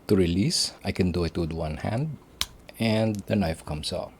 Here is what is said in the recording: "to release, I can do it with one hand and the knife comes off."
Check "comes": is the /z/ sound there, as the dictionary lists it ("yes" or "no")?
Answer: no